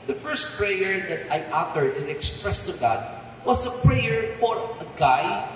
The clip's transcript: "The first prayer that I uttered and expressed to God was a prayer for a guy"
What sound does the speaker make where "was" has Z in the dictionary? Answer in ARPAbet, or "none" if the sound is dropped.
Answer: S